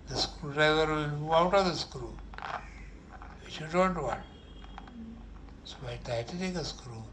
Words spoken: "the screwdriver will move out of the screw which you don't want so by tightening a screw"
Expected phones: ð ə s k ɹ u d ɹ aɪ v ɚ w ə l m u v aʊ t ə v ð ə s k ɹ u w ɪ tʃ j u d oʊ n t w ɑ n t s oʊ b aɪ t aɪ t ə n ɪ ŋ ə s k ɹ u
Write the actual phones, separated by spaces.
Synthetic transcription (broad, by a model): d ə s k ɹ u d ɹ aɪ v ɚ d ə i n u aʊ t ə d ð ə s k ɹ u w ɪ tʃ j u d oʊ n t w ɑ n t s oʊ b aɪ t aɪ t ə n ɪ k ə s k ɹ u